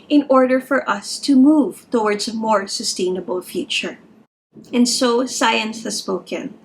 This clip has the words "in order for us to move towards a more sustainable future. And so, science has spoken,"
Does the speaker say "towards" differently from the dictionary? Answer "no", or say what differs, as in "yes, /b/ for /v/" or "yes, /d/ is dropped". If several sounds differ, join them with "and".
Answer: no